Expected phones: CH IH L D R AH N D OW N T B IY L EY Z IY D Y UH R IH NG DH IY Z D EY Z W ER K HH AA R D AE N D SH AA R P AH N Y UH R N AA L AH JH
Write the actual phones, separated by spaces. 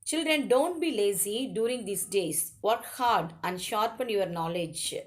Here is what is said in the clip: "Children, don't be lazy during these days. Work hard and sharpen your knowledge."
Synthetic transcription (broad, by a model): CH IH L D R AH N D OW N T B IY L EY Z IY D Y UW R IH NG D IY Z D EY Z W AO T HH AA R D AE N D SH AA R P AH N Y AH R N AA L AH JH